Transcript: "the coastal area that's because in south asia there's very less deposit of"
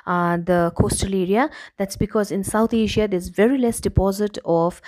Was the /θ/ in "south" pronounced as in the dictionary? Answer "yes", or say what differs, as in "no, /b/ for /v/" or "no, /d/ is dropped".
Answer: no, /t/ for /θ/